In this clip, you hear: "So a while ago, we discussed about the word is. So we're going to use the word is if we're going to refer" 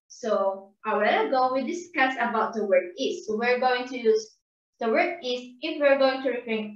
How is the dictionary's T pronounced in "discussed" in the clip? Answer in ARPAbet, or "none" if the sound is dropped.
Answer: none